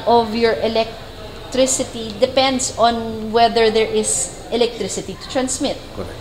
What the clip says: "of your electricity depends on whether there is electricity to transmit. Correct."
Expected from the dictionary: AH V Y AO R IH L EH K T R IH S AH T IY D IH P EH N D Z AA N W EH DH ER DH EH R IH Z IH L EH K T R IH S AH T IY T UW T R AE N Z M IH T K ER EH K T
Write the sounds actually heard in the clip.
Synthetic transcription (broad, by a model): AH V Y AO R IH L EH K T R IH S AH T IY D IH P EH N D S AA N W EH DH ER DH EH R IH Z IH L EH K T R IH S AH T IY T UW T R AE N S M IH T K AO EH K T